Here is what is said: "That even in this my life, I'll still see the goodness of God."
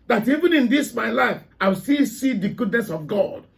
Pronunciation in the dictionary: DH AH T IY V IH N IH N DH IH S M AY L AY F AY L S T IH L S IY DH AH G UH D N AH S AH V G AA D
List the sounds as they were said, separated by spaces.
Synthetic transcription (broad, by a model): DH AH T IY V IH N IH N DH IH S M AY L AY F AY W S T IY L S IY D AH G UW D N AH S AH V G AA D